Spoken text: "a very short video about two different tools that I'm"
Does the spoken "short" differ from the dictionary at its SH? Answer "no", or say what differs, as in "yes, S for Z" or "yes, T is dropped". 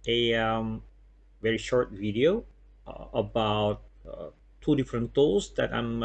no